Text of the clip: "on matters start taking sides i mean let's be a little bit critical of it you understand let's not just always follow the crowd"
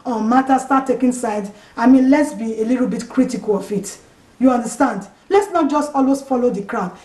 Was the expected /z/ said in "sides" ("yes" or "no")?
no